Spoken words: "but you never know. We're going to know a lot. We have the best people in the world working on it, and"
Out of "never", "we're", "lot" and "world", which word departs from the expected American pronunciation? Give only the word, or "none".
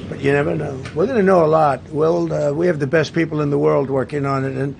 none